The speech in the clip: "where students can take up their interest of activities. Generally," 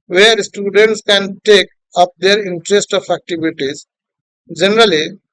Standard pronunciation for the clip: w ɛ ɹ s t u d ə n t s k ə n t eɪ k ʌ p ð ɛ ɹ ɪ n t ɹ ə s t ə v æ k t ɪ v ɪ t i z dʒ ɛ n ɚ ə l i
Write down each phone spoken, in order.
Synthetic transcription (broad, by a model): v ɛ ɹ s t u d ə n t s k ə n t eɪ k ʌ p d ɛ ɹ ɪ n t ɹ ə s t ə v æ k t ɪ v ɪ t i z dʒ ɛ n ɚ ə l i